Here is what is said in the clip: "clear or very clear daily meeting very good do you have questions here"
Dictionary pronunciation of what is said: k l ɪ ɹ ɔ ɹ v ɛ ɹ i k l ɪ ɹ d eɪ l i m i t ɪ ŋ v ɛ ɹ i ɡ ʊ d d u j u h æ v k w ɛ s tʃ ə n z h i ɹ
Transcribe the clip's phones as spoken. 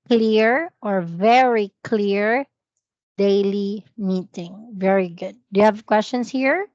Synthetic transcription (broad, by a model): k l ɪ ɹ ɔ ɹ v ɛ ɹ i k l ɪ ɹ d eɪ l i m i t ɪ ŋ v ɛ ɹ i ɡ ʊ d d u j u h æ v k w ɛ s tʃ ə n s h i ɹ